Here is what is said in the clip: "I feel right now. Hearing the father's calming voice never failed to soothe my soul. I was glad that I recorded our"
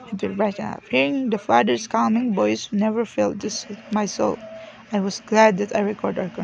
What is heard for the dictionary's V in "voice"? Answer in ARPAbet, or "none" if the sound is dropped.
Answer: B